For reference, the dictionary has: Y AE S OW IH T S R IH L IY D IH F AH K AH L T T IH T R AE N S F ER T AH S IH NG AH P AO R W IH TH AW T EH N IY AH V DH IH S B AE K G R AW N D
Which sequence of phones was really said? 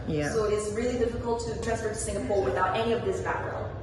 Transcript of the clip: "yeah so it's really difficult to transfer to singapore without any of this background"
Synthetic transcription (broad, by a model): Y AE S OW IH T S R IH L IY D IH F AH K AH L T T IH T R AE S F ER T S IH NG AH P AO R W IH TH AW T EH N IY AH V DH IH S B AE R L